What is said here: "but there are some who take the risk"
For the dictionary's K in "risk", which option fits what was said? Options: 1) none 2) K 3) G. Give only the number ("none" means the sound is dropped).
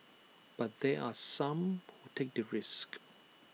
2